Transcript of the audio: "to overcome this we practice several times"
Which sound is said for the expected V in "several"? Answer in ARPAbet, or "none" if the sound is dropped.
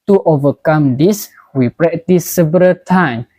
B